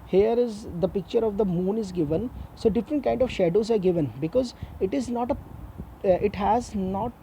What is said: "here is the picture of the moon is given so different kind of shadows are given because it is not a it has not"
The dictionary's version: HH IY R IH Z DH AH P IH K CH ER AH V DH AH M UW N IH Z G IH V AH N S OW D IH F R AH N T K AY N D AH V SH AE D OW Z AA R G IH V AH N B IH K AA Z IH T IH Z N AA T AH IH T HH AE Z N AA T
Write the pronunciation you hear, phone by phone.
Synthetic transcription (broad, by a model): HH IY R IH Z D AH P IH K CH ER AH V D AH M UW N IH Z G IH V AH N S OW D IH F R AH N T K AY N D AH V SH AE D OW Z AA R G IH V AH N B IH K AA Z IH T IH Z N AA T AH IH T HH AE Z N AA T